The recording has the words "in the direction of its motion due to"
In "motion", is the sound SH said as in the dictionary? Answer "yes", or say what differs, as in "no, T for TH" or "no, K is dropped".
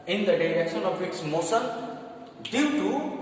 no, S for SH